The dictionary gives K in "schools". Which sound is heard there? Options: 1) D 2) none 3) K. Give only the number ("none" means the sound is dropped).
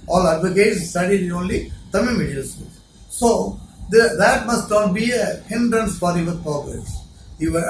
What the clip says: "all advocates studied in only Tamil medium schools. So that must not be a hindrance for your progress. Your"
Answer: 2